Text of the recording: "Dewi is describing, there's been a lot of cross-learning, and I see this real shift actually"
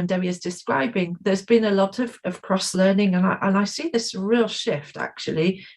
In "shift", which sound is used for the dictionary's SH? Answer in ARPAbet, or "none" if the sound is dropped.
SH